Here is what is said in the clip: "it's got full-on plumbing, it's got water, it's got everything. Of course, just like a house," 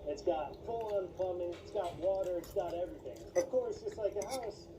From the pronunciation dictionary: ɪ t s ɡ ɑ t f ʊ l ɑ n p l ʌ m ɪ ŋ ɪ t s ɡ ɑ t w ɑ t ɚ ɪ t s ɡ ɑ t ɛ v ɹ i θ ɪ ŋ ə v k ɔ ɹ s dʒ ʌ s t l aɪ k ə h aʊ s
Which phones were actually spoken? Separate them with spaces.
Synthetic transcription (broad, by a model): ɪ t s ɡ ɑ t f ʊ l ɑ n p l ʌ m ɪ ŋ ɪ t s ɡ ɑ t w ɑ t ɚ ɪ t s ɡ ɑ t ɛ v ɹ i θ ɪ ŋ ə v k ɔ ɹ s dʒ ʌ s t l aɪ k ə h aʊ s